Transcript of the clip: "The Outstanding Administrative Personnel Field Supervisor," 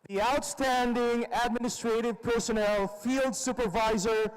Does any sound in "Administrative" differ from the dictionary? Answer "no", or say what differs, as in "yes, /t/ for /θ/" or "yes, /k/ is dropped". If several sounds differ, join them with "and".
no